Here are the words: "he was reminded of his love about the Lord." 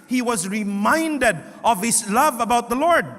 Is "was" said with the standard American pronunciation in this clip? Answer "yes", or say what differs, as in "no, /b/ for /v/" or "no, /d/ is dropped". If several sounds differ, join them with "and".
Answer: yes